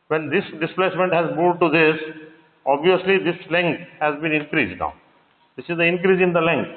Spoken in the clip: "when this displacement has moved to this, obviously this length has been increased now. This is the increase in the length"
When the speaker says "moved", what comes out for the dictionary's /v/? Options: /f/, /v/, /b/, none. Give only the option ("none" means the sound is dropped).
none